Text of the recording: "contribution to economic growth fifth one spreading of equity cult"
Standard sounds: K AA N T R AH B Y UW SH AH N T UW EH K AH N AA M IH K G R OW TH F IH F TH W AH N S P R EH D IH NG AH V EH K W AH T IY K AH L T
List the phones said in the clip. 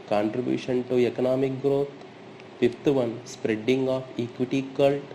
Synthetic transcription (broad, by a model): K AA N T R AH B Y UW SH AH N T UW EH K AH N AA M IH K G R OW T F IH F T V AH N S P R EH D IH NG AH P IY K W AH T IY K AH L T